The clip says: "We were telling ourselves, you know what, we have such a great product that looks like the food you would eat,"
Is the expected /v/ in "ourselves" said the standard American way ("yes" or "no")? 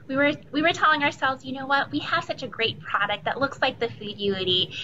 yes